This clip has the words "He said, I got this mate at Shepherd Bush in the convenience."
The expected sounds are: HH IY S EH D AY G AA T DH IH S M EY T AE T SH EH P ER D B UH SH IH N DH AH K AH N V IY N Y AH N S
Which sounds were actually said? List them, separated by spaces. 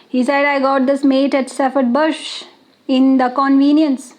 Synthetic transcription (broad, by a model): HH IY S EH D AY G AA T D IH S M EY T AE T S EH F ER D B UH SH IH N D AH K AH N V IY N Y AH N S